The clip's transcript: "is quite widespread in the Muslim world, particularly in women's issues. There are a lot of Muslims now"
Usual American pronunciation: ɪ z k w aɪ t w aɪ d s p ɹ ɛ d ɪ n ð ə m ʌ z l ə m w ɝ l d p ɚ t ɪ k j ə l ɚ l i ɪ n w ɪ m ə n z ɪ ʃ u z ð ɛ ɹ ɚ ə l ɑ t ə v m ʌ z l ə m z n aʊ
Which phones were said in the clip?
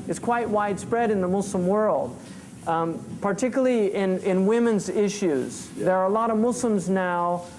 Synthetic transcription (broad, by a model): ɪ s k w aɪ t w aɪ d s p ɹ ɛ d ɪ n ð ə m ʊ s l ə m w ɝ l d p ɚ t ɪ k j l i i ɪ n w ɪ m ə n z ɪ ʃ u z ð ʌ ɹ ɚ ə l ɑ t ə v m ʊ s l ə m z n aʊ